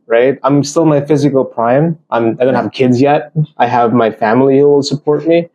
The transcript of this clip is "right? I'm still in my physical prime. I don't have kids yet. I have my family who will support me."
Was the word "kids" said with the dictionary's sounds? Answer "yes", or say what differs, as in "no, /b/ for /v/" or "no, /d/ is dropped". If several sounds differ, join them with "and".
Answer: yes